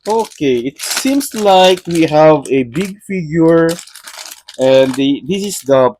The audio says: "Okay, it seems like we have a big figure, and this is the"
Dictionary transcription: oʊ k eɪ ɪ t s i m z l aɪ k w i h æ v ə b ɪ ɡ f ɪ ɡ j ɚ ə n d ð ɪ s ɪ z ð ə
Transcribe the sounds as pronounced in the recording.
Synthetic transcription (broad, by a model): oʊ k eɪ ɪ t s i m s l aɪ k w i h æ v ə b ɪ ɡ f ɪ ɡ j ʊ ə n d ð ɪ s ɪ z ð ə